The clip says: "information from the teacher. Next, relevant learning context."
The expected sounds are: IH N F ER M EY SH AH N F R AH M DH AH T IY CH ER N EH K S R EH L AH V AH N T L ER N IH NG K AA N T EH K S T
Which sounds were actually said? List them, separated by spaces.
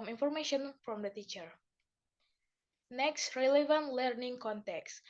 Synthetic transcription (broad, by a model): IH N F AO M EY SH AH N F R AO M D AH T IY CH ER N EH K S R EH L AH V AH N T L ER N IH NG K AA N T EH K S